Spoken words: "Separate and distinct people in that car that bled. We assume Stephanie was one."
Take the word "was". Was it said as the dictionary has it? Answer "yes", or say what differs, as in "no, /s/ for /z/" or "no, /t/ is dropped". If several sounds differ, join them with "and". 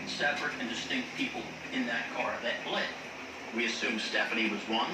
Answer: yes